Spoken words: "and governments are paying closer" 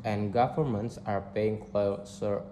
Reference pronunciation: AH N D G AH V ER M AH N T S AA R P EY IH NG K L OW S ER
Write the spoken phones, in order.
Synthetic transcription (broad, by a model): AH N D G AH V ER M AH N T S AA R P EY IH NG K L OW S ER